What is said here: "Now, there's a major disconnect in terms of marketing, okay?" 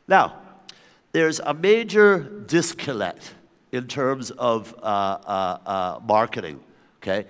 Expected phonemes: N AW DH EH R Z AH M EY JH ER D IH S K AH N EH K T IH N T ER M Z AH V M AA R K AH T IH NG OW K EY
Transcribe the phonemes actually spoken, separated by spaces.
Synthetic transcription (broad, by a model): N AW DH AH R Z AH M EY JH ER D IH S K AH L EH K T IH N T ER M Z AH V M AA R K AH T IH NG OW K EY